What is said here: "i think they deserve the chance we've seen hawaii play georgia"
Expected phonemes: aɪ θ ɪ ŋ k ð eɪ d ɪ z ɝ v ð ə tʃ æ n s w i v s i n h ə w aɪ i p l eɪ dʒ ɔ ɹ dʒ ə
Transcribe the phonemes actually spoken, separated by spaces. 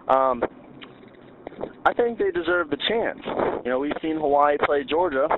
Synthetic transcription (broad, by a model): aɪ θ ɪ ŋ k ð eɪ d ɪ z ɝ v ð ə tʃ æ n s w i v s i n h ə w aɪ p l eɪ dʒ ɔ ɹ dʒ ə